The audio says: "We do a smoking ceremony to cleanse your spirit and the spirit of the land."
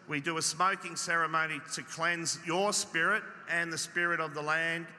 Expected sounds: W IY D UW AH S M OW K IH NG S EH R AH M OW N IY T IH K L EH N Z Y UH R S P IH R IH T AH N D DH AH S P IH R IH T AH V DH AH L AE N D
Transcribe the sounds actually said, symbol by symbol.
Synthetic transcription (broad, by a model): W IY D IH AH S M OW K IH NG S EH R AH M OW N IY T IH K L EH N Z Y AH R S P IH R IH T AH N DH AH S P IH R IH T AH V DH AH L AE N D